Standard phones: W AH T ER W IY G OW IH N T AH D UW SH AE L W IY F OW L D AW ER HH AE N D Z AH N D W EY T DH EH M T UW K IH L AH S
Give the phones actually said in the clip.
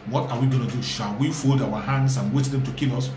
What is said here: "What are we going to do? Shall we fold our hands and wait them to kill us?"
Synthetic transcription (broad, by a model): W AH T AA W IY G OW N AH D UW SH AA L W IY F OW L D AW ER HH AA N D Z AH N W EY T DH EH M T UW K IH L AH S